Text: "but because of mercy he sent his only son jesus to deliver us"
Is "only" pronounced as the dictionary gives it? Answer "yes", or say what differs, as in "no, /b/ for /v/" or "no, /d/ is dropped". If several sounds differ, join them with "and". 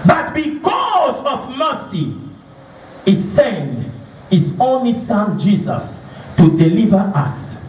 yes